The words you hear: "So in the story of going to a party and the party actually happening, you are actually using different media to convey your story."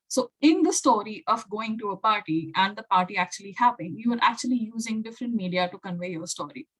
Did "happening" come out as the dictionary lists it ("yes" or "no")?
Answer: no